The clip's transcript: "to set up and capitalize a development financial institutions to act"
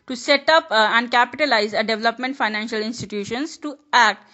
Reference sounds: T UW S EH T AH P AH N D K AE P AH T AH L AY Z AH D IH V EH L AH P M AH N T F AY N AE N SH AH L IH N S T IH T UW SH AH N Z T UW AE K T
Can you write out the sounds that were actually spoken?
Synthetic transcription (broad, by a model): T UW S EH T AH P AH N D K AE P AH T AH L AY Z AH D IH V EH L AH P M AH N T F AY N AE N SH AH L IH N S T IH T UW SH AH N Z T UW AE K T